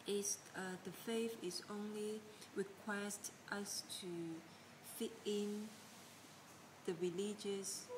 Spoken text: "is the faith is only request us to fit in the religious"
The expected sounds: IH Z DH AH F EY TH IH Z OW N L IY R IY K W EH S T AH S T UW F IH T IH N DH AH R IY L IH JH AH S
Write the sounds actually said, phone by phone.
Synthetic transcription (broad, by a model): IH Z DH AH F EY F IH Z OW N L IY R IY K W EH S T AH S T UW F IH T IH N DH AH R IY L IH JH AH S